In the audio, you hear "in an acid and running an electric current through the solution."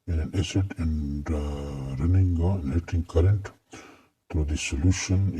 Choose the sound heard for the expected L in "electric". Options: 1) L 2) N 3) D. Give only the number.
2